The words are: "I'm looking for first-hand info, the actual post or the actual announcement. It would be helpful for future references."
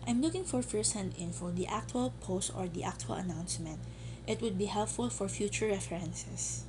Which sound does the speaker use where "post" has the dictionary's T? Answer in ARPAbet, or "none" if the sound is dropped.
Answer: T